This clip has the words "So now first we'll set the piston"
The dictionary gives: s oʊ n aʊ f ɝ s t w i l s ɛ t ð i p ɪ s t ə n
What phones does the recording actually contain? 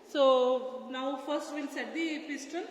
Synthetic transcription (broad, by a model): s oʊ n aʊ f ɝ s t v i n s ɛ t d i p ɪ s t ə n